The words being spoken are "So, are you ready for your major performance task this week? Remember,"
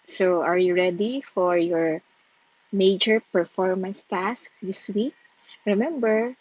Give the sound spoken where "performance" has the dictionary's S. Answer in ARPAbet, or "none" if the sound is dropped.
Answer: S